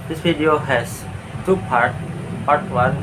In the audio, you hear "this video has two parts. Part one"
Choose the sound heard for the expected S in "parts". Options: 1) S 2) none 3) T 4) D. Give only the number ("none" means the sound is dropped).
2